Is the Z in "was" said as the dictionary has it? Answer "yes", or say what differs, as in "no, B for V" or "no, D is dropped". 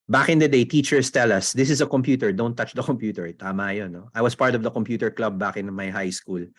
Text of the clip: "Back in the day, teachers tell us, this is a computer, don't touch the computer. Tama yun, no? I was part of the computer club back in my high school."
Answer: no, S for Z